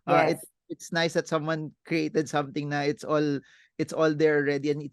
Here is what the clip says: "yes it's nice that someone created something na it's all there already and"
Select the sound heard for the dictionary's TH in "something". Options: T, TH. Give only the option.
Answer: T